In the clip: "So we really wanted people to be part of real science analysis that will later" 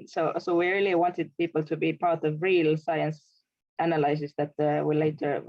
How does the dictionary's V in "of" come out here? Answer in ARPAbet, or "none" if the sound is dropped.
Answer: V